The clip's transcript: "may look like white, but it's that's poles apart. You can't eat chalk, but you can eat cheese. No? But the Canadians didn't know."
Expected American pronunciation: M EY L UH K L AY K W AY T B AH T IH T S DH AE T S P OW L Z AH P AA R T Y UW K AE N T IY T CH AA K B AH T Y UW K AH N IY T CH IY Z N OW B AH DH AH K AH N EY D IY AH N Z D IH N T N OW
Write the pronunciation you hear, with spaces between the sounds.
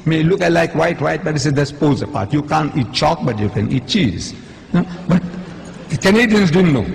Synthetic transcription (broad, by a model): M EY L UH K L AY K W AY T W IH T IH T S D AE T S P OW Z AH P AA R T Y UW K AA N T IY T CH AA K B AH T Y UW K AH N IY T CH IY Z N OW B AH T K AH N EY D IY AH N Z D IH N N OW